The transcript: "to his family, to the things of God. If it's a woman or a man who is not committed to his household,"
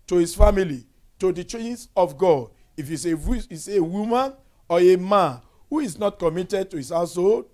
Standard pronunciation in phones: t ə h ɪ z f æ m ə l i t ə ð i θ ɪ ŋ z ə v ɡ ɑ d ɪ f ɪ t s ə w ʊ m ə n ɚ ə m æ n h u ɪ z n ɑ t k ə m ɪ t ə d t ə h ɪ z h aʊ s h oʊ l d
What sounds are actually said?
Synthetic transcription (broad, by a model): t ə h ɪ s f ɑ m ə l i t ə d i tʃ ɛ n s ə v ɡ ɑ d ɪ f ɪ s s ə w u m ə n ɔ ə m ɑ n h u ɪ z n ɑ t k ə m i t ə d t ə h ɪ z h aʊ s oʊ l